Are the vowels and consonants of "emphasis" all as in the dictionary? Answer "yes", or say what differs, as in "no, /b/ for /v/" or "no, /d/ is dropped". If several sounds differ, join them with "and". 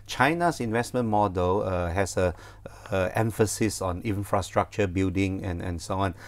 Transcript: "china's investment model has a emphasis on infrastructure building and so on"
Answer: yes